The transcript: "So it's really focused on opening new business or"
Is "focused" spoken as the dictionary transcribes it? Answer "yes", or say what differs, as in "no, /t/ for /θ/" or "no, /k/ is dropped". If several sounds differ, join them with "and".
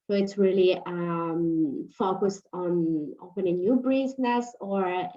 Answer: yes